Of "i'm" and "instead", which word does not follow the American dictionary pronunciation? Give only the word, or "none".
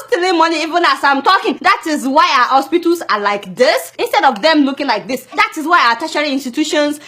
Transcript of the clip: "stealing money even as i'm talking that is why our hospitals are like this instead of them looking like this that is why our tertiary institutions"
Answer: none